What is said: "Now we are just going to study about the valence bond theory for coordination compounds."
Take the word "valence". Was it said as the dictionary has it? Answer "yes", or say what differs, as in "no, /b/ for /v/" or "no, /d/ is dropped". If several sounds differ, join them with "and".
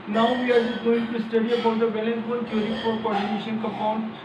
no, /b/ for /v/